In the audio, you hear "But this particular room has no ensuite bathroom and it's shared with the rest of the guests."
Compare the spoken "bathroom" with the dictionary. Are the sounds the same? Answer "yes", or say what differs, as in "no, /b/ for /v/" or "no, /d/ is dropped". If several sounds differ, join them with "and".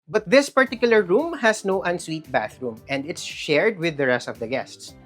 yes